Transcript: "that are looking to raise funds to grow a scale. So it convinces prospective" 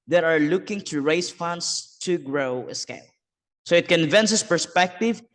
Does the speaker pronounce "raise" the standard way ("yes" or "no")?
no